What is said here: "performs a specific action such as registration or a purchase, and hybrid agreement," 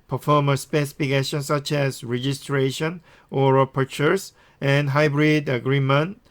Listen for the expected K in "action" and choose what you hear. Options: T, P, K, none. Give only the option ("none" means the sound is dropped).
none